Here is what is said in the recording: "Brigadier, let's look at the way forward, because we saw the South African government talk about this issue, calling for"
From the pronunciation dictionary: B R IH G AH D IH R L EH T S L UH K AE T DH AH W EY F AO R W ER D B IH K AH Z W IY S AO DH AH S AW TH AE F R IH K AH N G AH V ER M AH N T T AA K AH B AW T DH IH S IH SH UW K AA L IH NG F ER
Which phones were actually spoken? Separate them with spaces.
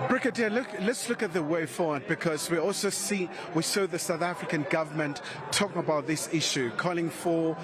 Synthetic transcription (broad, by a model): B R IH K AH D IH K L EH T S L UH K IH T DH AH W EY F AO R W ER D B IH K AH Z W IY S AO DH AH S AW TH AE F R IH K AH N G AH V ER M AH N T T AA K AH B AW T DH IH S IH SH UW K AA L IH NG F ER